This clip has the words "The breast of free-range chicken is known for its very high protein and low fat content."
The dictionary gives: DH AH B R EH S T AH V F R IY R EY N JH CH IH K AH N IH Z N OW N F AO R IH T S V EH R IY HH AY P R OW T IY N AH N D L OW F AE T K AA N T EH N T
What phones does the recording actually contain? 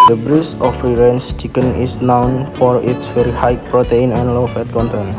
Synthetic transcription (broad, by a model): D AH B R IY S AH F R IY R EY N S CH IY K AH N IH S N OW N F AO R IH T S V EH R IY HH AY P R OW T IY N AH N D L OW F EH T K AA N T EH N